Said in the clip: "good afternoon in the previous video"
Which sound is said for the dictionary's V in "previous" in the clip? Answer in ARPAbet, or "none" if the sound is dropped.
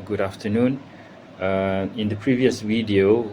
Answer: V